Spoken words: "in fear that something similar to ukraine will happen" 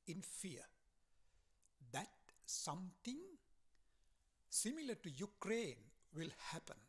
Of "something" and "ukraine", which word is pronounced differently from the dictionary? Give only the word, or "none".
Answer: something